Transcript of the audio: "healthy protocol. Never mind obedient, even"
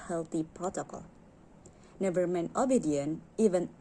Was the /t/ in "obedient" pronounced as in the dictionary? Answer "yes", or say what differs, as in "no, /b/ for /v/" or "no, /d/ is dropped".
no, /t/ is dropped